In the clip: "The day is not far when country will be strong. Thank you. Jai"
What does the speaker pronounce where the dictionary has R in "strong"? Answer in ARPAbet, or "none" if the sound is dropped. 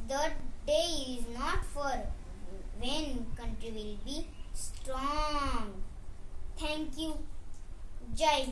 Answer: R